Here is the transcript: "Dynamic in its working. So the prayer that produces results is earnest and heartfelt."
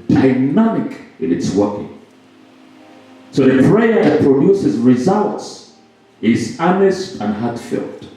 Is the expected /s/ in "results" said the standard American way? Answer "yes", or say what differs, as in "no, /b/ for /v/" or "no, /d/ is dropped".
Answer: yes